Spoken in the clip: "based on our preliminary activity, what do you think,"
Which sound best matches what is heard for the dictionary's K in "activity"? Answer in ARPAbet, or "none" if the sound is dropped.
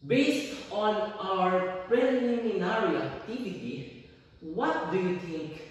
none